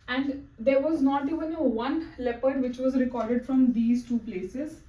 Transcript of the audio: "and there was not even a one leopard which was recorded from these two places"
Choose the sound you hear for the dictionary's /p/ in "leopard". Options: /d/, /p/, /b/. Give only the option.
/p/